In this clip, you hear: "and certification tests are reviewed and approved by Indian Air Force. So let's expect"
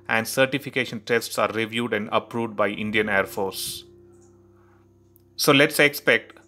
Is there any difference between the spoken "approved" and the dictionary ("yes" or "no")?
no